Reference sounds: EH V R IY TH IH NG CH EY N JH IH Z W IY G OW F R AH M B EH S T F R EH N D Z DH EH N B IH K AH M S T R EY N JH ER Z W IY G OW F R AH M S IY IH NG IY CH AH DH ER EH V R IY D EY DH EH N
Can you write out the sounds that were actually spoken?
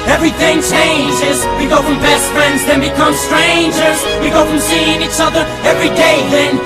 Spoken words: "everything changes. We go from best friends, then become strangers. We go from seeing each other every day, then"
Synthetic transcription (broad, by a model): EH V R IY TH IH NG CH EY N JH IH Z W IY G OW F R AH M B EH S T F R EH N D Z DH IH N B IH K AH M S T R EY N JH ER Z W IY G OW F R AH M S IY IH NG IY CH AH DH ER EH V R IY D EY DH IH N